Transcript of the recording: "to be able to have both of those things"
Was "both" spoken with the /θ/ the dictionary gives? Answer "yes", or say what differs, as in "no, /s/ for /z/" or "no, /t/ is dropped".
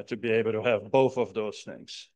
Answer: yes